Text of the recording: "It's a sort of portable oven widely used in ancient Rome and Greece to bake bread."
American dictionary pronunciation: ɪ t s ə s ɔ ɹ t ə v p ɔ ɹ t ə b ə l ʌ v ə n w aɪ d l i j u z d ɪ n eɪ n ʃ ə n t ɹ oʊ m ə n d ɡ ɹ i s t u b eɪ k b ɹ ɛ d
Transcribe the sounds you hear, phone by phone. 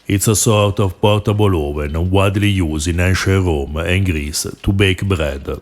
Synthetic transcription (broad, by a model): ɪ t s ə s ɔ ɹ t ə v p ɔ ɹ t ə b ə l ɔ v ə n w aɪ d l i j u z ɪ n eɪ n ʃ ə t ɹ oʊ m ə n ɡ ɹ i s t u b eɪ k b ɹ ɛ d